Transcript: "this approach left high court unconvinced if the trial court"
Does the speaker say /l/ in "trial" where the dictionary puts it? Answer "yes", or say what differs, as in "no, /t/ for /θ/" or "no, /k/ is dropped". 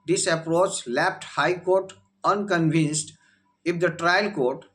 yes